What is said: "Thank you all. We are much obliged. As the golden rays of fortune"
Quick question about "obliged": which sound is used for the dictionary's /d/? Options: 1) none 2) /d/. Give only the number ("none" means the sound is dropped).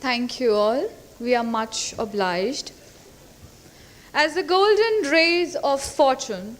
2